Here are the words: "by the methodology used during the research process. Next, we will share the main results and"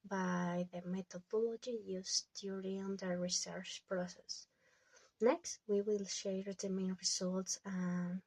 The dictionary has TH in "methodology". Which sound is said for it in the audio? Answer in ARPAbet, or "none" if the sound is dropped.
T